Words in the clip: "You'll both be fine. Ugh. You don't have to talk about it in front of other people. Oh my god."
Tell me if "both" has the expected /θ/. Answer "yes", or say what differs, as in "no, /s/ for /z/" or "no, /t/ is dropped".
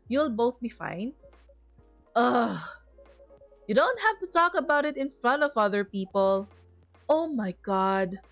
yes